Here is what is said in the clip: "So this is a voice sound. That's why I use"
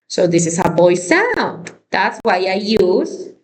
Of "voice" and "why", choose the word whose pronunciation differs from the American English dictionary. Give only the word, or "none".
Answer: voice